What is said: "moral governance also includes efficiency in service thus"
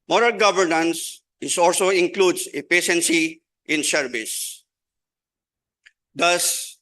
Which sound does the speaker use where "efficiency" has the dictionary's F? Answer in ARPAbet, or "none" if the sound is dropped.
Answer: P